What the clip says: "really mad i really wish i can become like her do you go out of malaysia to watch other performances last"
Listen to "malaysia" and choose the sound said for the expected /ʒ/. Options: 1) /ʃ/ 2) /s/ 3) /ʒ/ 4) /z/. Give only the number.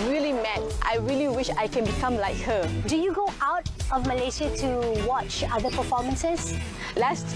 2